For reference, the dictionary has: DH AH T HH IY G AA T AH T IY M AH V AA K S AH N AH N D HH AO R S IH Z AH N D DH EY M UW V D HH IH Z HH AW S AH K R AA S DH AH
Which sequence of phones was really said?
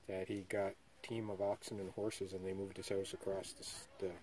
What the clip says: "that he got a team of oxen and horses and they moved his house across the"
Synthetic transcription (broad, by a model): DH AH T HH IY G AA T T IY M AH V AA K S AH N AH N HH AO R S IH Z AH N DH EY M UW V D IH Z HH AW S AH K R AA S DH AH